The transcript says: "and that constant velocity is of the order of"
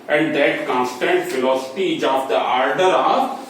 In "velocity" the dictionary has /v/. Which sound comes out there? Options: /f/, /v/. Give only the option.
/f/